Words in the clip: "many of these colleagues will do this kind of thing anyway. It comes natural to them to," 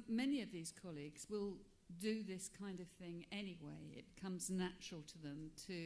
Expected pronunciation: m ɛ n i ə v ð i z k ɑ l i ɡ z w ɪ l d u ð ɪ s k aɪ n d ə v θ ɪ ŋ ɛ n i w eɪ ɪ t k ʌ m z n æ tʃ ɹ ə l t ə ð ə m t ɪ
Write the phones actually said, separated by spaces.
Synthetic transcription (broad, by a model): m ɛ n i ə v ð i z k ɑ l i ɡ z w ɪ l d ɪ ð ɪ s k aɪ n d ə v θ ɪ ŋ ɛ n i w eɪ ɪ t k ʌ m z n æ tʃ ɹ l t ə ð ə m t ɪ